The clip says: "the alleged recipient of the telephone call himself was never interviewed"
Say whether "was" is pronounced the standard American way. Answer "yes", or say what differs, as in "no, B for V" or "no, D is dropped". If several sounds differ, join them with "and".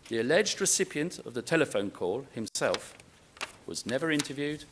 yes